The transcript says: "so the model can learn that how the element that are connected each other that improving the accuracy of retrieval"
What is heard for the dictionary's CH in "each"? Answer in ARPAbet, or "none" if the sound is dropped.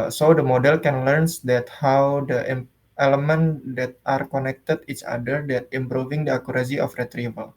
CH